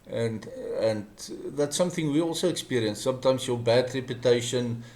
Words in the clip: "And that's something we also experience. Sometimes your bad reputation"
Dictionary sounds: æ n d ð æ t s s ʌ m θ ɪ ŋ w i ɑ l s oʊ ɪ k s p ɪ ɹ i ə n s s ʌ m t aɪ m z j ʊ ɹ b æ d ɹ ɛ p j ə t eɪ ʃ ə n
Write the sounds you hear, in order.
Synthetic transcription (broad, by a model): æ n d ð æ t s s ʌ m θ ɪ ŋ w i ɑ l s oʊ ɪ k s p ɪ ɹ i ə n s s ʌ m t aɪ m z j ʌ b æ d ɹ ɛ p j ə t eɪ ʃ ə n